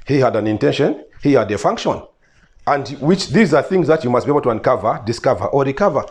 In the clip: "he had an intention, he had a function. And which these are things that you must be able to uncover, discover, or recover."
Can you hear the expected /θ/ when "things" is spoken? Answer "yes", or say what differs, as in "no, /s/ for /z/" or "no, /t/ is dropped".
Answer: yes